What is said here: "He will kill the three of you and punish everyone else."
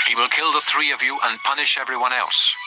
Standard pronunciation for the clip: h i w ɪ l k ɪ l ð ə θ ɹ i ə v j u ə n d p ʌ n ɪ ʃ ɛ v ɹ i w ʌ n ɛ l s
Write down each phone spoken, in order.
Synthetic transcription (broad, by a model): h i w ɪ l k ɪ l ð ə θ ɹ i ə v j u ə n p ʌ n ɪ ʃ ɛ v ɹ i w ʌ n ɛ l s